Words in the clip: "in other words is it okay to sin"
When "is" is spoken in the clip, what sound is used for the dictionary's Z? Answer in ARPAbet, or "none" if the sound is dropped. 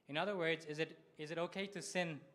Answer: Z